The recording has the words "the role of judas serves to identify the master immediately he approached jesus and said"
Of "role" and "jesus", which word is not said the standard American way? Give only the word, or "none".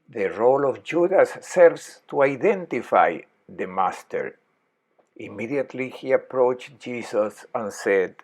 jesus